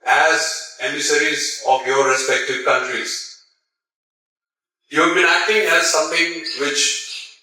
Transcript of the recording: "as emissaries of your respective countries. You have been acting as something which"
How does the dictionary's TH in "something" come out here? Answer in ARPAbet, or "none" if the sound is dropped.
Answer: T